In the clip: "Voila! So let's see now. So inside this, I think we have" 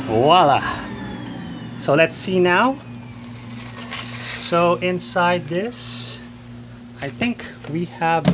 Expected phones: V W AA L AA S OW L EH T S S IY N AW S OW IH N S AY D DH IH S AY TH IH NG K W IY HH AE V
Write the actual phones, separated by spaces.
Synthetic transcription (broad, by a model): W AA L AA S OW L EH T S S IY N AW S OW IH N S AY D DH IH S AY TH IH NG K W IY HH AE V